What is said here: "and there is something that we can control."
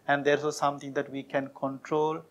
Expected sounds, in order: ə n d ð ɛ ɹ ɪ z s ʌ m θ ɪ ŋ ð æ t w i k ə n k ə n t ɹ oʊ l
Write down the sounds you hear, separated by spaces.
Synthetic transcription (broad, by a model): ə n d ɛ ɹ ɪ s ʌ m t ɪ ŋ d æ t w i k ə n k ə n t ɹ oʊ l